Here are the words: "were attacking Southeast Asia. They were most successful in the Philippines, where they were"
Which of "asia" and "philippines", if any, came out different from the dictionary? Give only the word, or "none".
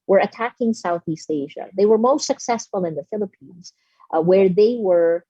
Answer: none